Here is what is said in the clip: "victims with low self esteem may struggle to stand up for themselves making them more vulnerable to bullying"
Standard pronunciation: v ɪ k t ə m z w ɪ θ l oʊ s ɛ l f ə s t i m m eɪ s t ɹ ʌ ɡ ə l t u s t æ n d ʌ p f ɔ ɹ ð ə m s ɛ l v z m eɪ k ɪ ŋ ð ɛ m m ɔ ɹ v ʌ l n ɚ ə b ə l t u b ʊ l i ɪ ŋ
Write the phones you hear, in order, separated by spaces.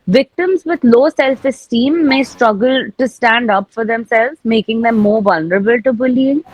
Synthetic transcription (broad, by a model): v ɪ k t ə m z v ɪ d l oʊ s ɛ l f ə s t i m m eɪ s t ɹ ʌ ɡ ə l t u s t æ n d ʌ p f ɔ ɹ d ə m s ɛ l v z m eɪ k ɪ ŋ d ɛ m m ɔ ɹ v ʌ l n ɚ ə b ə l t u b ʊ l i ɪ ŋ